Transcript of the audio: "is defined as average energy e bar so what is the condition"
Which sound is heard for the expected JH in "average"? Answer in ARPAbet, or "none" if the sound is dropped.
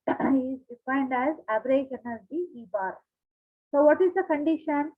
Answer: SH